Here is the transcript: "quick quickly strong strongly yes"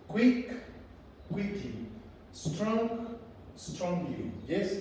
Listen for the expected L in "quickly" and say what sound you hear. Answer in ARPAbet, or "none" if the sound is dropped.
none